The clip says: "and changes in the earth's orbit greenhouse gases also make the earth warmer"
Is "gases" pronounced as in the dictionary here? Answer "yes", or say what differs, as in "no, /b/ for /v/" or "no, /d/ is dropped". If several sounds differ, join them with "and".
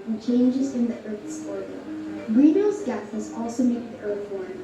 no, /θ/ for /s/